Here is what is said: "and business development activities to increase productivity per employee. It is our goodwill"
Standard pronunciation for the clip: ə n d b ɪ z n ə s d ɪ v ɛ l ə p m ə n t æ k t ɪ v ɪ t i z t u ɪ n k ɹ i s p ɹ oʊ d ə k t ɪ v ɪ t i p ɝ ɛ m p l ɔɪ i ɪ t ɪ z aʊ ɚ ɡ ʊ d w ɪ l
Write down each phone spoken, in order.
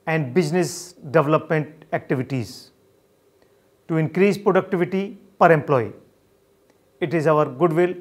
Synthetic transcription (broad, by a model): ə n d b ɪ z n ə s d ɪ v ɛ l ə p m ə n t æ k t ɪ v ɪ t i z t u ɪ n k ɹ i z p ɹ oʊ d ə k t ɪ v ɪ t i p ɝ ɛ m p l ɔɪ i ɪ t ɪ z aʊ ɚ ɡ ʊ d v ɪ l